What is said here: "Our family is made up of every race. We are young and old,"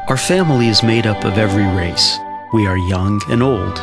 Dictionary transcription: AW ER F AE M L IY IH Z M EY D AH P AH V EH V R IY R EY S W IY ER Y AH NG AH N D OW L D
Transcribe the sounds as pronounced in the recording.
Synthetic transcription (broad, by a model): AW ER F AE M L IY IH Z M EY D AH P AH V EH V R IY R EY S W IY ER Y AH NG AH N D OW L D